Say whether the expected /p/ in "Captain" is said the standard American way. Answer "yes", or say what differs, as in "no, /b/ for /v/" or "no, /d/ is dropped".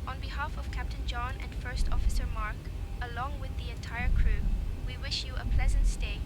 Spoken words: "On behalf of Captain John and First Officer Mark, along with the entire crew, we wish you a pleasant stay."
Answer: yes